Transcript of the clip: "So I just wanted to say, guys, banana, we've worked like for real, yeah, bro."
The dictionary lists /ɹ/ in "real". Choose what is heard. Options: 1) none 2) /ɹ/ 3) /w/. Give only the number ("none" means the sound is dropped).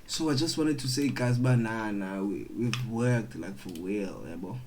3